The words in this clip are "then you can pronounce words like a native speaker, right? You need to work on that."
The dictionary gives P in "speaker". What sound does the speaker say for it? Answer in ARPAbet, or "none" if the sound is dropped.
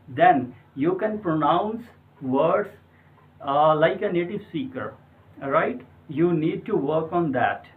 none